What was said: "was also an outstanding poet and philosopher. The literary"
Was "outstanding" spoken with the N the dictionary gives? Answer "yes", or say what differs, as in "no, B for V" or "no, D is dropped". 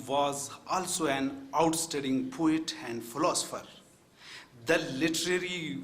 no, N is dropped